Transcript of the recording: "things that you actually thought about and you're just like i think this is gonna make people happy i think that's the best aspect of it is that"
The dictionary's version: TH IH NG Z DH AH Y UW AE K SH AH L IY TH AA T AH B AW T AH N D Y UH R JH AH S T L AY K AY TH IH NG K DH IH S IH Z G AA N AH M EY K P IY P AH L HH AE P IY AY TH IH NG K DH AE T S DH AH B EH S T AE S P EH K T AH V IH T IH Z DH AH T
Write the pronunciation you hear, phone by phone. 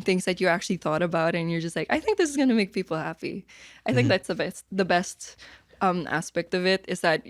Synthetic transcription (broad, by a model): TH IH NG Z DH AH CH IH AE K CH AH L IY TH AA T AH B AW T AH N Y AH R JH AH S T L AY K AY TH IH NG K DH IH S IH Z G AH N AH M EY K P IY P L HH AE P IY AY TH IH NG K DH AE T S DH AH B EH S T AE S P EH K T AH V IH T IH Z DH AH T